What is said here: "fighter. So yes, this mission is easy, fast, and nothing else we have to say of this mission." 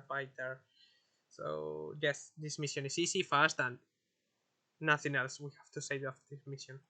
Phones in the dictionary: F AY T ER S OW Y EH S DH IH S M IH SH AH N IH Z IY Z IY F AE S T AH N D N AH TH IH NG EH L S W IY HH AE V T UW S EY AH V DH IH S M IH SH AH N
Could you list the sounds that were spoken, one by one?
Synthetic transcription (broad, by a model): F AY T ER S OW Y EH S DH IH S M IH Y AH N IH S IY S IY F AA S T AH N N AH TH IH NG EH L S W IY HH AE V T UW S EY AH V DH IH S M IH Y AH N